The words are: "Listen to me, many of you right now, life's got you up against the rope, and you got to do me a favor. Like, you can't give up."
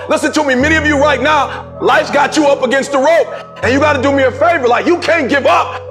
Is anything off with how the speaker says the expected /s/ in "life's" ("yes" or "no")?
yes